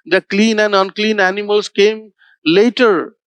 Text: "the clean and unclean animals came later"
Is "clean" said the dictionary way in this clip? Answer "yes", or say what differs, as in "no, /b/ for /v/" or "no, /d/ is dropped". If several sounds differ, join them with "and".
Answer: yes